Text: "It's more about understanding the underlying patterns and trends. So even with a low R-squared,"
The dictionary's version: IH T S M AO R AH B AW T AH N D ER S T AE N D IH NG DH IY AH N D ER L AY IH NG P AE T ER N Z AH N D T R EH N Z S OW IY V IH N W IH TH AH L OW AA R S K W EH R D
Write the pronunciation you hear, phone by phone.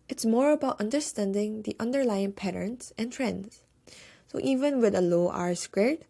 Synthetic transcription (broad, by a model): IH T S M AO R AH B AW T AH N D ER S T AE N D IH NG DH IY AH N D ER L AY IH NG P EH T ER N S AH N T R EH N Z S OW IY V IH N W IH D AH L OW AA R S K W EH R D